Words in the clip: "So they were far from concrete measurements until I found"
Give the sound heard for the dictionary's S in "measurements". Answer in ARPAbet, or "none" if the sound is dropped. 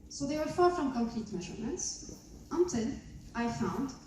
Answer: S